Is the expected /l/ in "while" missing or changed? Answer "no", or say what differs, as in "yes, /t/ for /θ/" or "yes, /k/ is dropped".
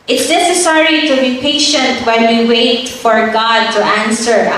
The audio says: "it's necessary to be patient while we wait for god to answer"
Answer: yes, /n/ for /l/